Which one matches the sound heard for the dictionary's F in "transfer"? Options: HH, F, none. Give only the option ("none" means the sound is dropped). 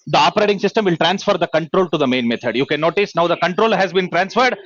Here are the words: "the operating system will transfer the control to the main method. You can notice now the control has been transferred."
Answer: F